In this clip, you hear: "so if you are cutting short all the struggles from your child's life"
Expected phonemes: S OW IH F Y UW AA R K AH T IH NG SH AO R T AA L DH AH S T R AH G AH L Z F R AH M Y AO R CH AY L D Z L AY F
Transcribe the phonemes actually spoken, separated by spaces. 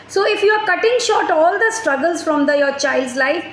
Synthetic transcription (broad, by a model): S OW IH F Y UW AA R K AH T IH NG SH AO R T AA L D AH S T R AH G AH L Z F R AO M Y AO R CH AY L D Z L AY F